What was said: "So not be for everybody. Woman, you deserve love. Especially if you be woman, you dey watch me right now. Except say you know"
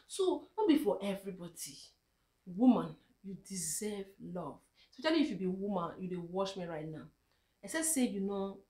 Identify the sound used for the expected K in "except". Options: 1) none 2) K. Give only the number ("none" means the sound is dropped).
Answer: 1